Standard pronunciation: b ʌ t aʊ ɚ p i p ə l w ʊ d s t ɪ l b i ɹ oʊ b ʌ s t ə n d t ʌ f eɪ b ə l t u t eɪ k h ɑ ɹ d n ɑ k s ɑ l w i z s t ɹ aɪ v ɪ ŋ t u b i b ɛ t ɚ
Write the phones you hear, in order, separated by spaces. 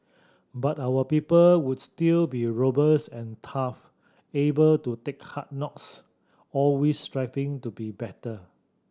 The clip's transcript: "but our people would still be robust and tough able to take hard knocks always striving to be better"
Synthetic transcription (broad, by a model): b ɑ t aʊ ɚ p i p ə l w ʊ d s t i l b i ɹ oʊ b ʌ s ə n t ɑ f eɪ b ə l t u t eɪ k h ɑ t n ɑ k s ɑ l w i s t ɹ aɪ f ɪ ŋ t u b i b ɛ t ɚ